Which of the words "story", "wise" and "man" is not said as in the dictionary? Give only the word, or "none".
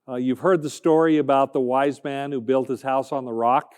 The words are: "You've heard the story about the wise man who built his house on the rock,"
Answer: none